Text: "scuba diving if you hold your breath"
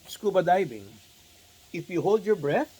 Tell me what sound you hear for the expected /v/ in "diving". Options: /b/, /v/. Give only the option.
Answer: /b/